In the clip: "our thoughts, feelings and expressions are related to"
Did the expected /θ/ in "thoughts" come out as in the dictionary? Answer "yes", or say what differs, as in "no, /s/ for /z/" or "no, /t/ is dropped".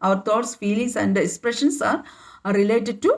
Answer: no, /t/ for /θ/